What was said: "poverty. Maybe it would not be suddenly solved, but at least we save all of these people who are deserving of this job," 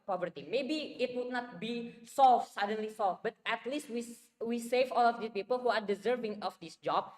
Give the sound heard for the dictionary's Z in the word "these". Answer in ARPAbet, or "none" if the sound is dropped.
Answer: none